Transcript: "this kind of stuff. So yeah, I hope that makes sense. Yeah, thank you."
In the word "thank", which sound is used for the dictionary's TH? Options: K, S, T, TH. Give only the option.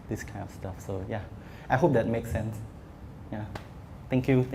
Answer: T